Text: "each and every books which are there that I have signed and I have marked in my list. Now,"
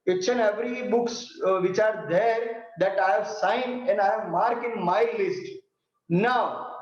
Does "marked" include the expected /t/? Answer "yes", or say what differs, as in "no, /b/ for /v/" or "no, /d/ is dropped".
no, /t/ is dropped